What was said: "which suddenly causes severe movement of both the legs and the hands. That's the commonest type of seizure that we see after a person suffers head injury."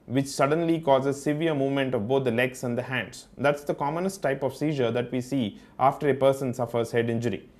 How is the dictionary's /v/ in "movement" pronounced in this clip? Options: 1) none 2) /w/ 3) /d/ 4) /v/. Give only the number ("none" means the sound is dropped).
4